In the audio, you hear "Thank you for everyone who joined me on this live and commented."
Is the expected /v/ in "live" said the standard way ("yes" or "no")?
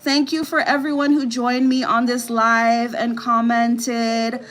yes